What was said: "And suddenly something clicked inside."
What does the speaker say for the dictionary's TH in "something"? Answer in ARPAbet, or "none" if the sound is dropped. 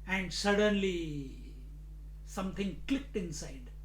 T